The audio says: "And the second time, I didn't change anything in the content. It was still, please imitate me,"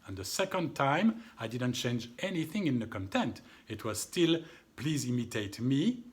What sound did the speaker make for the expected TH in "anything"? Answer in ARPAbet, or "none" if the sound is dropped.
TH